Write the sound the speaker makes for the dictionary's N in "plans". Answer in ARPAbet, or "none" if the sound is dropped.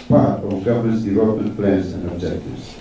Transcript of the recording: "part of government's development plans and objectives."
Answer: none